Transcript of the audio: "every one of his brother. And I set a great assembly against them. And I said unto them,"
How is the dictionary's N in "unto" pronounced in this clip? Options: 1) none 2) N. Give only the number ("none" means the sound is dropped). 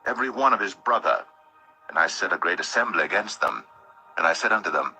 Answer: 2